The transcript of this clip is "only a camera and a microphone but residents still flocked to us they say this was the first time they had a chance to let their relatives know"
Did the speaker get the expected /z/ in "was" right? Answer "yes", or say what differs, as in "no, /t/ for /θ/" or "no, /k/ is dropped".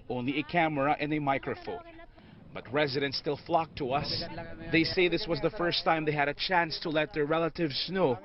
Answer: yes